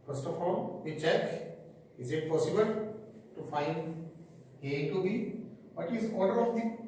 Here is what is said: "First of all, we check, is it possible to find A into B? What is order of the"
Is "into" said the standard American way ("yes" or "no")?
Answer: no